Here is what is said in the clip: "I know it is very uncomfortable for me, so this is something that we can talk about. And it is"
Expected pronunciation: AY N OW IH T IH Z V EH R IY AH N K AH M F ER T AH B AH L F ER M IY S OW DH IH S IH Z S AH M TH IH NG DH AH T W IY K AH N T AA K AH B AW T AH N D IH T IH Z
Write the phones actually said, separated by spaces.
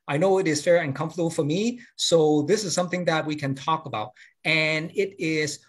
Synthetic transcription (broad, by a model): AY N OW IH T IH Z F EH R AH N K AH M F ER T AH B L F ER M IY S OW DH IH S IH Z S AH M TH IH NG DH AH T W IY K AH N T AA K AH B AW T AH N IH T IH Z